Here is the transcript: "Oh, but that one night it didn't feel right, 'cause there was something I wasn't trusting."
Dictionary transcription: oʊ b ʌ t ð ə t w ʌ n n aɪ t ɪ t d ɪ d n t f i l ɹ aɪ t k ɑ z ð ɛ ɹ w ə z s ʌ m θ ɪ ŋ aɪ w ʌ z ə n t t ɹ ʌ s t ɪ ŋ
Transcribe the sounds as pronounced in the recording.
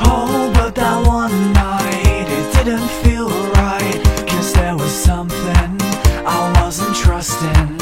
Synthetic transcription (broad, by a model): oʊ b ʌ t ð ə t w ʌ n n aɪ t ɪ t d ɪ d n t f i l ɹ aɪ t k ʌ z ð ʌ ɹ w ə z s ʌ m θ ɪ ŋ aɪ w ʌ z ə n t t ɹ ʌ s t ɪ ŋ